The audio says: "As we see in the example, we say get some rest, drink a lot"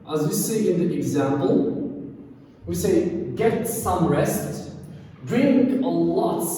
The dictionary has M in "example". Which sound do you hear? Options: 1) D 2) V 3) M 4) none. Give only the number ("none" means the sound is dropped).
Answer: 3